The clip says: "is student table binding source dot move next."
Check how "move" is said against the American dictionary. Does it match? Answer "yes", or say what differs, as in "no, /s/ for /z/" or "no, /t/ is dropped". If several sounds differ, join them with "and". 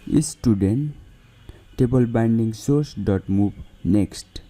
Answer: no, /b/ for /v/